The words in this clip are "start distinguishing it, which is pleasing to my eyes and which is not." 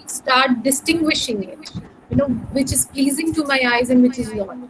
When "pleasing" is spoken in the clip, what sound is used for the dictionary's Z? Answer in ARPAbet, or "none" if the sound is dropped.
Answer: Z